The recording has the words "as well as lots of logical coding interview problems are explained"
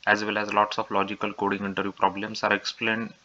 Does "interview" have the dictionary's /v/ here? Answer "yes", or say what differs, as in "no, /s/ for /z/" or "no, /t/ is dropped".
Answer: no, /v/ is dropped